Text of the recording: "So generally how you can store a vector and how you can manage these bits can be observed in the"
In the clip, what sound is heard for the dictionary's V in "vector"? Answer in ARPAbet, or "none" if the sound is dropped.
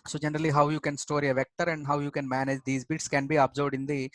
V